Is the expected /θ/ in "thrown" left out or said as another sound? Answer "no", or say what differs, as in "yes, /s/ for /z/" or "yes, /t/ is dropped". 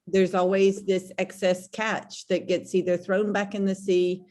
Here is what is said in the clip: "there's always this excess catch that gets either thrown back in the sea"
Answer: no